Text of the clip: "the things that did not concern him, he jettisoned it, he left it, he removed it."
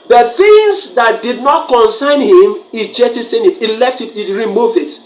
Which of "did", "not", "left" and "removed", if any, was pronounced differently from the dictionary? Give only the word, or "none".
none